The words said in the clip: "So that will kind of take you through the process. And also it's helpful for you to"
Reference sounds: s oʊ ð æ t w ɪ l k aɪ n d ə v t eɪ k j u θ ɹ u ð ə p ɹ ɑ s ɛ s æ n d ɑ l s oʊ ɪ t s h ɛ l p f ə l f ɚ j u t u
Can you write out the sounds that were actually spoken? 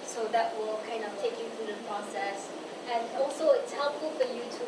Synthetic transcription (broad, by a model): s oʊ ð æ t w ɪ l k aɪ n d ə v t eɪ k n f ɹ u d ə p ɹ ɑ s ɛ s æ n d ɑ l s oʊ ɪ t s h ɛ l p f ə l f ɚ j u t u